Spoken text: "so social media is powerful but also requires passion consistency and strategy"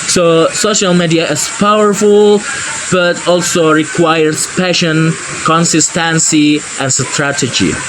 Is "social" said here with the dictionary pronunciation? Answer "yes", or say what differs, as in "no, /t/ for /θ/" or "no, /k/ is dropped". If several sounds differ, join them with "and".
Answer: yes